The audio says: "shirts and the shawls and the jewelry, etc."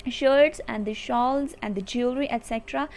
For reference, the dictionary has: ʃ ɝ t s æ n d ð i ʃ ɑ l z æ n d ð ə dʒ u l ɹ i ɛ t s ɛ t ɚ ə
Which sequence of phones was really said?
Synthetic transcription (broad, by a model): ʃ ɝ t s æ n d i ʃ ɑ l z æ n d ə dʒ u ɹ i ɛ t s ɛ t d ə